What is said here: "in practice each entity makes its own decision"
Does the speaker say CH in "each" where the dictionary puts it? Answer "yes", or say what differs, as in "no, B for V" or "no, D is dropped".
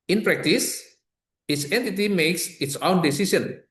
no, S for CH